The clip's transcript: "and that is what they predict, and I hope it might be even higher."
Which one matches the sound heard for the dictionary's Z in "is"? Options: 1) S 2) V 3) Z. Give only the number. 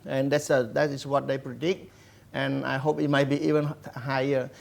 1